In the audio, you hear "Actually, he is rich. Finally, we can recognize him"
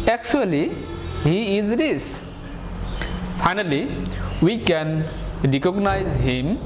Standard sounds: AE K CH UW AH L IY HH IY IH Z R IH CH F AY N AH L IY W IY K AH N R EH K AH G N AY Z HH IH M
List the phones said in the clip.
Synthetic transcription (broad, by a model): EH K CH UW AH L IY HH IY IH Z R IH S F AY N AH L IY W IY K AH N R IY K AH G N AY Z HH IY M